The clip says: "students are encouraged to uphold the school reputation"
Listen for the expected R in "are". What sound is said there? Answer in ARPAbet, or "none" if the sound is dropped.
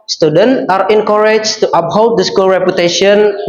R